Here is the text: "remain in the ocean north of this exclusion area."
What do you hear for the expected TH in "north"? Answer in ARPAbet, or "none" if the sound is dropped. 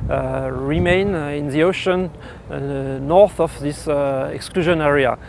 TH